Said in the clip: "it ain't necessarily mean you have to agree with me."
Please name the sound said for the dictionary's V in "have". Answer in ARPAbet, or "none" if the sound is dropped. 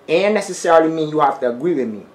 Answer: F